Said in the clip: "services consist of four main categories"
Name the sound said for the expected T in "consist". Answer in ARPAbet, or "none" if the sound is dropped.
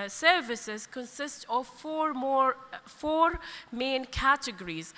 T